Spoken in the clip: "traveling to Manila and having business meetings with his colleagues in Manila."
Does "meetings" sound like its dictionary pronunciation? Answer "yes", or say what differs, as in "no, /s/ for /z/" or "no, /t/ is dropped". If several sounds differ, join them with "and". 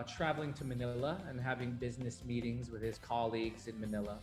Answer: yes